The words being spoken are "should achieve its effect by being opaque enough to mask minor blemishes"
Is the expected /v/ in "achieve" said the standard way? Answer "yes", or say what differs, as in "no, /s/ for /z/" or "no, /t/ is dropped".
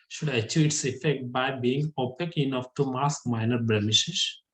no, /v/ is dropped